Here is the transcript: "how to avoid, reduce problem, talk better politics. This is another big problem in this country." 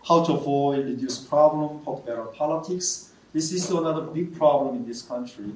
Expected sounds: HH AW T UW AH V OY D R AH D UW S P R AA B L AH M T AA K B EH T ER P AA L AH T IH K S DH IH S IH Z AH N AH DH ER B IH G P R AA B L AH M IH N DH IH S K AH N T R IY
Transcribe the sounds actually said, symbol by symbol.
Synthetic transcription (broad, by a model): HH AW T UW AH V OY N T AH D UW S P R AA B L AH M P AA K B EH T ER P AA L AH T IH K S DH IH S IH S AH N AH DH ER B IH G P R AA B L AH M IH N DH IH S K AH N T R IY